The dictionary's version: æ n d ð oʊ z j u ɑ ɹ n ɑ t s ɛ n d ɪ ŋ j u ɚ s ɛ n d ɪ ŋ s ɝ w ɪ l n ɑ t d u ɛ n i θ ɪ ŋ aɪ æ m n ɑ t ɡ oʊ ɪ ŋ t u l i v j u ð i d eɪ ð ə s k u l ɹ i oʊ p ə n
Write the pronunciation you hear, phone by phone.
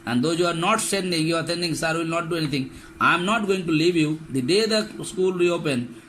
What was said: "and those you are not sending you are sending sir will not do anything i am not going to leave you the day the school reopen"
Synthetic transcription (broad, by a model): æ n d oʊ j u ɑ ɹ n ɑ t s ɛ n d ɪ ŋ j u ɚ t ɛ n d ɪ ŋ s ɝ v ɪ l n ɑ t d u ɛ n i t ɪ ŋ aɪ m n ɑ t ɡ oʊ ɪ ŋ t u l i v j u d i d eɪ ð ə s k u l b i oʊ p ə n